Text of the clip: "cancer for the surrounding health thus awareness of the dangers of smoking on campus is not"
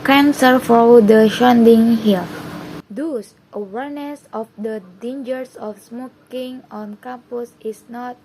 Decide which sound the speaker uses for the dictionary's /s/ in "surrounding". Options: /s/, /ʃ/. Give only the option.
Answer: /ʃ/